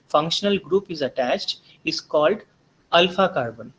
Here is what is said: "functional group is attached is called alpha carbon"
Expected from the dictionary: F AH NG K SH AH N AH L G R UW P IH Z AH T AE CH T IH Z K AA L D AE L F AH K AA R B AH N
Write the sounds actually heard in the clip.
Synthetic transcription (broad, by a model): F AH NG K SH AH N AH L G R UW P IH Z AH T AE CH T IH Z K AA L D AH L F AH K AA R B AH N